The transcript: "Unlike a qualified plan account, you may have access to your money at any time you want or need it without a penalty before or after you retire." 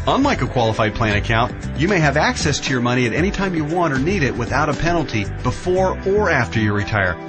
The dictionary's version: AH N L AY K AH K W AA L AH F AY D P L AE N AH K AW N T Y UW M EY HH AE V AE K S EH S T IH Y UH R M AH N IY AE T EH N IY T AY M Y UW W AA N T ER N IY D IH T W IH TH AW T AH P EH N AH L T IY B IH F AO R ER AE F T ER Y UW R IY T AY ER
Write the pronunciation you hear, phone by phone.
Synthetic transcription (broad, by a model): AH N L AY K AH K W AA L AH F AY D P L AE N AH K AW N T Y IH M EY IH V AE K S EH S T IH Y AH R M AH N IY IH T EH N IY T AY M Y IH W AA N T ER N IY D IH T W IH TH AW T AH P EH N L T IY B IH F AO R ER AE F T ER Y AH R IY T AY ER